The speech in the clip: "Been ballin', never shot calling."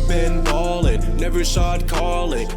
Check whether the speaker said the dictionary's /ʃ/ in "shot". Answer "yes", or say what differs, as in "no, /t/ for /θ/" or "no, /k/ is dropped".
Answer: no, /s/ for /ʃ/